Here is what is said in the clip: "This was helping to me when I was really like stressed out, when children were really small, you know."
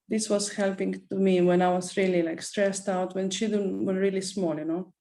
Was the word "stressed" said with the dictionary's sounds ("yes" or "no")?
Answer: yes